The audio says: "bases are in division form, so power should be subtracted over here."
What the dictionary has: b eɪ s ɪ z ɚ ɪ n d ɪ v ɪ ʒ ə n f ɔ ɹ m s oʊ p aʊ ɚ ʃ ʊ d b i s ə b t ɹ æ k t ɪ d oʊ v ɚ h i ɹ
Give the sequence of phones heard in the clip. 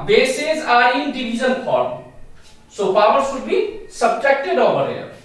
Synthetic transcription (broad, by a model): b eɪ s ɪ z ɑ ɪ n d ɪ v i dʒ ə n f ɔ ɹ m s oʊ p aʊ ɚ s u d b i s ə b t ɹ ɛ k t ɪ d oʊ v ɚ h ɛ